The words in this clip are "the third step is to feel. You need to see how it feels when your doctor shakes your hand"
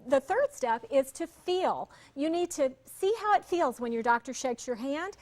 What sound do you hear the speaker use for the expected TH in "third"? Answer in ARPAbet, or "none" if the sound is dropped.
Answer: TH